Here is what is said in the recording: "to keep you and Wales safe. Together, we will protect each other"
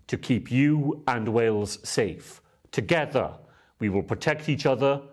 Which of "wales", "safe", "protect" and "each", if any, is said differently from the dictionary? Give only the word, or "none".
none